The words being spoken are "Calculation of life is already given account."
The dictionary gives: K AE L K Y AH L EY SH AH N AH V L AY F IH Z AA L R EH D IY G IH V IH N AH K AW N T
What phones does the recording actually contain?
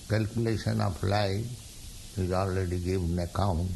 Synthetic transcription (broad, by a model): K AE L K Y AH L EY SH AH N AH P L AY IH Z AA L R EH D IY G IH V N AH K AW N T